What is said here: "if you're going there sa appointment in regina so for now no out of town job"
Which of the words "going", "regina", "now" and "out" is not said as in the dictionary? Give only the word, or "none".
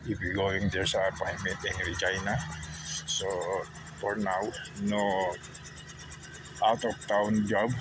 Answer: regina